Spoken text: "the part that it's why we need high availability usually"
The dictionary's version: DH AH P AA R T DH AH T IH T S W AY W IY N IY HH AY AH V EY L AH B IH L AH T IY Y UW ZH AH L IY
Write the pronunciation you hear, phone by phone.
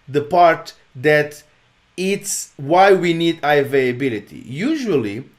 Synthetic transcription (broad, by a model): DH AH P AA R T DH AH T IH T S W AY W IY N IY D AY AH V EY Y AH B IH L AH T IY Y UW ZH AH L IY